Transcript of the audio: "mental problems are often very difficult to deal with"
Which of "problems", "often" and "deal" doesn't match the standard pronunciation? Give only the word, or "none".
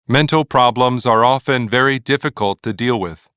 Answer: none